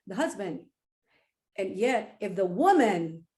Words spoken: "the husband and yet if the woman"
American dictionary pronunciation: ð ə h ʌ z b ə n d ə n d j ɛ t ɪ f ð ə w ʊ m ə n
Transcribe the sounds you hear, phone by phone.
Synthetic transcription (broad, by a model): ð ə h ʌ z b ə n d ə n j ɛ t ɪ f ð ə w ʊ m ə n